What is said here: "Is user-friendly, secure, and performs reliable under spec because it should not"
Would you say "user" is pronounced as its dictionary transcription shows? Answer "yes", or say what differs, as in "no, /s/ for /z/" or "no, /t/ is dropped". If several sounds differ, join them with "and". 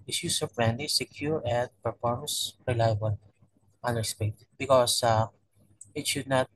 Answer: no, /s/ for /z/